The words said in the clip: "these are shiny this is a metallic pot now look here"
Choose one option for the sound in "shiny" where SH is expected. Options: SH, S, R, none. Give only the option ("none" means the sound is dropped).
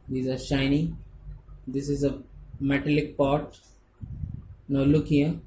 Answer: SH